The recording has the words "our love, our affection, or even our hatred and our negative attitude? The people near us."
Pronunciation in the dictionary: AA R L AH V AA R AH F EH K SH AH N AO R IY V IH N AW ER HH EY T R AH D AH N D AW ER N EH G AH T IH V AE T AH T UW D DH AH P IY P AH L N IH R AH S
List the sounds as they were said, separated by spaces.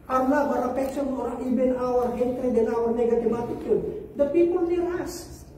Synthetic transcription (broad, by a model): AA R N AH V AA R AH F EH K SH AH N AO R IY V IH N AW ER HH EY T R AH D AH N AW ER N EH G AH T IH V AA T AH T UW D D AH P IY P AH L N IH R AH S